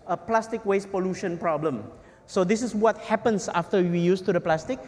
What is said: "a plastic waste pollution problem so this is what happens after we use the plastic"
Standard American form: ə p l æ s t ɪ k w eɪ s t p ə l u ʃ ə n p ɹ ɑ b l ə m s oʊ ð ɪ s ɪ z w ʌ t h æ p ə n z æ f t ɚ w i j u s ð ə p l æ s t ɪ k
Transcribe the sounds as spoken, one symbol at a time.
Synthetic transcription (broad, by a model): ə p l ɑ s t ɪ k w eɪ s p ə l u ʃ ə n p ɹ ɑ b l ə m s oʊ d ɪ s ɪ s w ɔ t h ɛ p ə n s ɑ f t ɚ w i j u s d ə p l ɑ s t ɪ k